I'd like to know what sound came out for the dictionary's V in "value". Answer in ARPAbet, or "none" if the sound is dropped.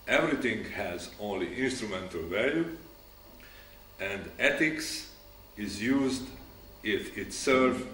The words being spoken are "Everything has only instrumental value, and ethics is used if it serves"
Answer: V